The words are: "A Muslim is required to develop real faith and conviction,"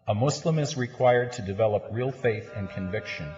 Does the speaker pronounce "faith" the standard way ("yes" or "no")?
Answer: yes